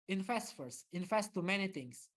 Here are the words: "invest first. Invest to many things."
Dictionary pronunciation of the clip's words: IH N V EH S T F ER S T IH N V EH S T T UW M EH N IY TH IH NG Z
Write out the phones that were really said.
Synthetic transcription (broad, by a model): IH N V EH S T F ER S IH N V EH S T T UW M EH N IY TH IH NG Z